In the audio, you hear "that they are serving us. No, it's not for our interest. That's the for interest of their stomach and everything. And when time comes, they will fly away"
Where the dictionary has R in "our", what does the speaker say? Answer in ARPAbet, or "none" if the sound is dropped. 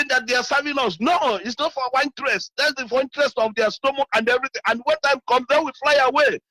W